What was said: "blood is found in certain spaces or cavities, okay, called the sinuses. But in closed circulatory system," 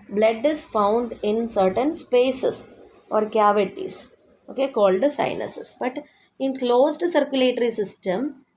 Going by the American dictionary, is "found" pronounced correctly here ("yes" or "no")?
yes